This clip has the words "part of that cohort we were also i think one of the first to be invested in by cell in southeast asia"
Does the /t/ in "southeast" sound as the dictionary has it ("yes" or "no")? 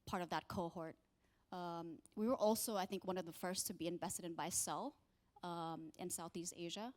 yes